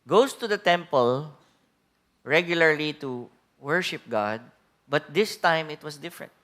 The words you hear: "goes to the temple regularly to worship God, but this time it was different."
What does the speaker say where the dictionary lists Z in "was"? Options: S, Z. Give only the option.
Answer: S